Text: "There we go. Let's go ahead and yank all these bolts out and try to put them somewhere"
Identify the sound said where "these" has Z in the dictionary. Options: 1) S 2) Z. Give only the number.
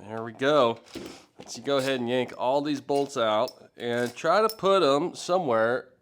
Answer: 2